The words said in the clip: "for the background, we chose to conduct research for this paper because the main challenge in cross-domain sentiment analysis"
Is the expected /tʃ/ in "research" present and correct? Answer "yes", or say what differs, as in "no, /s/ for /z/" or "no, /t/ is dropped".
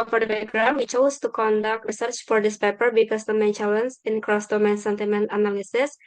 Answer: yes